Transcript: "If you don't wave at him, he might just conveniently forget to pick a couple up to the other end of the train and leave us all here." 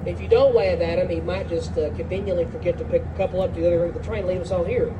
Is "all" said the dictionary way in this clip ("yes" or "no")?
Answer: no